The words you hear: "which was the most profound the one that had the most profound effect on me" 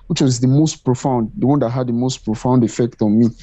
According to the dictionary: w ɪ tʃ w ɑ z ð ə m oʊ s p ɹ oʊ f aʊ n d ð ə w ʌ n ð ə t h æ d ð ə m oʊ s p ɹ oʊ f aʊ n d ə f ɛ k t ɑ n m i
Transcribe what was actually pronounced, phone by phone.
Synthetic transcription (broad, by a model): w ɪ tʃ w ɑ z ð ə m oʊ s p ɹ oʊ f aʊ n d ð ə w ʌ n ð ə t h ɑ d ð ə m oʊ s p ɹ oʊ f aʊ n d ə f ɛ k t ɑ n m i